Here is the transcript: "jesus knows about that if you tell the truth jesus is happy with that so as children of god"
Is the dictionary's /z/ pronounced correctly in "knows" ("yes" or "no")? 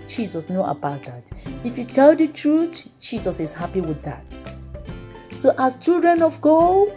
no